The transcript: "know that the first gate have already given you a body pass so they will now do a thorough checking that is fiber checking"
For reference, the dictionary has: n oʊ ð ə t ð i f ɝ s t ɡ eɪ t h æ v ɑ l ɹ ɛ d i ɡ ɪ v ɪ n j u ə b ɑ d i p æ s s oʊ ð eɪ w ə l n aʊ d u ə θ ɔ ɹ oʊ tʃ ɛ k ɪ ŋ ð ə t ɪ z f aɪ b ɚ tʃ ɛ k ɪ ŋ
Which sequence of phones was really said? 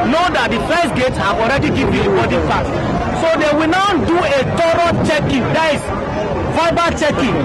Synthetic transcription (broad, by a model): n oʊ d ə t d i f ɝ s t ɡ eɪ t h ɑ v ɑ l ɹ ɛ d i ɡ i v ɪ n ə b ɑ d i f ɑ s s oʊ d eɪ w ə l n aʊ d u ə t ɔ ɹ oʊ tʃ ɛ k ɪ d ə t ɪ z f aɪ b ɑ tʃ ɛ k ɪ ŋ